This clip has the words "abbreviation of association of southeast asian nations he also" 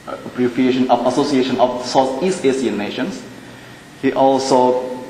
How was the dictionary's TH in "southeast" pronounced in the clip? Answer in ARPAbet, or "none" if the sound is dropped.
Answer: S